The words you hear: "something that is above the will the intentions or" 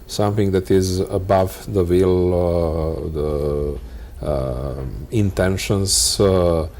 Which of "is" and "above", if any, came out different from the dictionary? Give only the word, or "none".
none